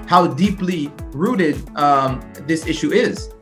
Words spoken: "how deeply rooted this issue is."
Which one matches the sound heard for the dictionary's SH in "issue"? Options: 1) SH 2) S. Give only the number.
1